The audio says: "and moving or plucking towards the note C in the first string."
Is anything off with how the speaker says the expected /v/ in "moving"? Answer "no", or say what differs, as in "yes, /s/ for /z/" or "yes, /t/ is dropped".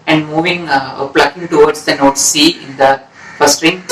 no